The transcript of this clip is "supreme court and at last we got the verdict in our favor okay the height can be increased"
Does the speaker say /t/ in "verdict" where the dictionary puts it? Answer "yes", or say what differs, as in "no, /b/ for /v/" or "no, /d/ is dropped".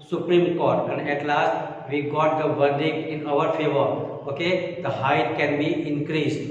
no, /t/ is dropped